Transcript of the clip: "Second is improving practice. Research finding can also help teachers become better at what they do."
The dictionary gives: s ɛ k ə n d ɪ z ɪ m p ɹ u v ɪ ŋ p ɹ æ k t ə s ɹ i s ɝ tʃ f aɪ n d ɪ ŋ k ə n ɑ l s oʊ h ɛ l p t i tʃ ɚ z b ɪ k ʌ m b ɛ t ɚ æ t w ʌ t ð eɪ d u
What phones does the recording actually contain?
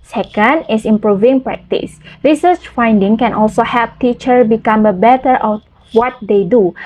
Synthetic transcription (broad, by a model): s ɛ k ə n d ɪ s ɪ m p ɹ u v ɪ ŋ p ɹ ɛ k t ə s ɹ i s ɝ tʃ f aɪ n d ɪ ŋ k ə n ɑ l s oʊ h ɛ l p t i tʃ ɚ b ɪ k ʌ m b ɛ t ɚ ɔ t w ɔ t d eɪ d u